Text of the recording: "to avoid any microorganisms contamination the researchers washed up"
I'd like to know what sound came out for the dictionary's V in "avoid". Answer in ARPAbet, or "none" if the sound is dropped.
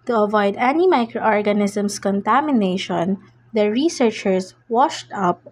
V